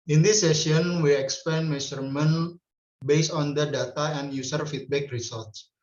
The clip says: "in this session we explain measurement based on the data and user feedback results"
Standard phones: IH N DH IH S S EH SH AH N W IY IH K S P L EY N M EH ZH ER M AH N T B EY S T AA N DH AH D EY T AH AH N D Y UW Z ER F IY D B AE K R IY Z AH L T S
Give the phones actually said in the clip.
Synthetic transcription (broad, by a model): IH N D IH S S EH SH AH N W IY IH K S P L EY N M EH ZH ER M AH N B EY S AA N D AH D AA T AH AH N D Y UW S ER F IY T B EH K R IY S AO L T S